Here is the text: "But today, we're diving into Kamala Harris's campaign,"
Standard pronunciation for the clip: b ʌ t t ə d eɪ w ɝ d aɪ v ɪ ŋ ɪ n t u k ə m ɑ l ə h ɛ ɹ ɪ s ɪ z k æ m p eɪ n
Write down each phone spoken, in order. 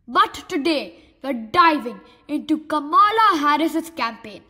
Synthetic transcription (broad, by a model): b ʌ t t ə d eɪ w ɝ d aɪ v ɪ ŋ ɪ n t u k ə m ɑ l ə h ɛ ɹ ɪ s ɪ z k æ m p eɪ n